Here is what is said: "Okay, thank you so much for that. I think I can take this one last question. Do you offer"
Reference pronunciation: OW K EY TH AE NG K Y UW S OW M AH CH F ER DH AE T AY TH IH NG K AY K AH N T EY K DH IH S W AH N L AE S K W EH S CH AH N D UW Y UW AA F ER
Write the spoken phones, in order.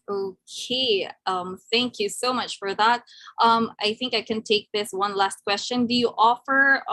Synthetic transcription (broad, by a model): OW K EY TH AE NG K Y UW S OW M AH CH F ER DH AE T AY TH IH NG K AY K AH N T EY K DH IH S W AH N L AE S K W EH S CH AH N D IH Y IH AA F ER